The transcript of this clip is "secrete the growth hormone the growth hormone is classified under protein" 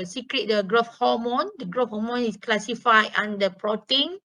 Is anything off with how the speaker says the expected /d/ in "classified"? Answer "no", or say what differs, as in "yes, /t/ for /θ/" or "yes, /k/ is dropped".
yes, /d/ is dropped